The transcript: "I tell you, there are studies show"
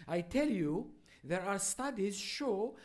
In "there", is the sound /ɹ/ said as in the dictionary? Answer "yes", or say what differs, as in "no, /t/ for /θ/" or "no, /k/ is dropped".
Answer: yes